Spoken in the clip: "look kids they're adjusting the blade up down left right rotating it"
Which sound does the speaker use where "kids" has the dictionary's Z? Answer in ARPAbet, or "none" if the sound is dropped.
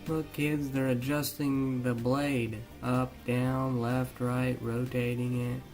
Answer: Z